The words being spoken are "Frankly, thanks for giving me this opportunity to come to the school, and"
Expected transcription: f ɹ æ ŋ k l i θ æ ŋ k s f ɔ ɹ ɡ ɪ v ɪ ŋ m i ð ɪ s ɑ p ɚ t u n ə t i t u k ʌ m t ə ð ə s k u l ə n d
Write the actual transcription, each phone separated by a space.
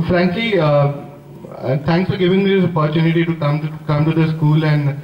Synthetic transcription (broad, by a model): f ɹ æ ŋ k l i t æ ŋ k s f ɔ ɹ ɡ ɪ v ɪ ŋ m i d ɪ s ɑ p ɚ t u n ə t i t u k ʌ m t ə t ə s k u l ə n d